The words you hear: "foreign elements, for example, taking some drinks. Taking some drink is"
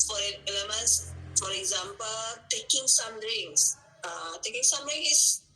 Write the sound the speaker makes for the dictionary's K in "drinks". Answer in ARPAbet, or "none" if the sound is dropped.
none